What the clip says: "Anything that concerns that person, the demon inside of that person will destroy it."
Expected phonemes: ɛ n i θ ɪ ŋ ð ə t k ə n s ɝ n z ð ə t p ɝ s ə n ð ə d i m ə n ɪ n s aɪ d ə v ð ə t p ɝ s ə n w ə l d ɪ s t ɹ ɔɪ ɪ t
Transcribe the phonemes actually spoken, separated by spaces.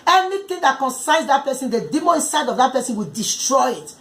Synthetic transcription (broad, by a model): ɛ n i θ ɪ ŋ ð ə t k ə n s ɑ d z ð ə t p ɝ s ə n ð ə d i m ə ɪ n s aɪ d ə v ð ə t p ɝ s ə n w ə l d ɪ s t ɹ ɔɪ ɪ t